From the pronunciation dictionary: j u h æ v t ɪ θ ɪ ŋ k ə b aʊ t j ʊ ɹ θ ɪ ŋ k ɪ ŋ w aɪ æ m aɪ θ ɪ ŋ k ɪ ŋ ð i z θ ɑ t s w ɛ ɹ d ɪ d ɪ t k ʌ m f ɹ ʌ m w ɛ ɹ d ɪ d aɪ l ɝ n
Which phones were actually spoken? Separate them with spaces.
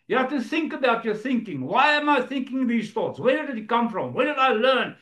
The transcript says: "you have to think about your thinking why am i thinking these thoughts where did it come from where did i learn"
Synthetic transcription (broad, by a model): j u h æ f t ɪ θ ɪ ŋ k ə b aʊ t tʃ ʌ ɹ θ ɪ ŋ k ɪ ŋ w aɪ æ m aɪ θ ɪ ŋ k ɪ ŋ ð i z θ ɑ t s w ɛ ɹ d ɪ d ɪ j k ʌ m f ɹ ʌ m w ɛ ɹ d ɪ d aɪ l ɝ n